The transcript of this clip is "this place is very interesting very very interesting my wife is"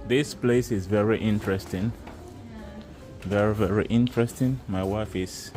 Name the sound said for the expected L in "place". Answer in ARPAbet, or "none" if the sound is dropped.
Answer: L